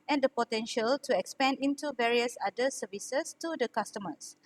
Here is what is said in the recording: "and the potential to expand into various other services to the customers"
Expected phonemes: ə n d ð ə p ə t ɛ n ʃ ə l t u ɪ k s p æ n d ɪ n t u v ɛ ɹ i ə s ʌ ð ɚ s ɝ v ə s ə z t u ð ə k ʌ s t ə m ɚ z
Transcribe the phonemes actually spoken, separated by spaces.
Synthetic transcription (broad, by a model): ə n d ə p ə t ɛ n ʃ ə l t u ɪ k s p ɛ n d ɪ n t u v ɛ ɹ i ə s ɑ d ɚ s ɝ v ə s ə s t u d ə k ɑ s t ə m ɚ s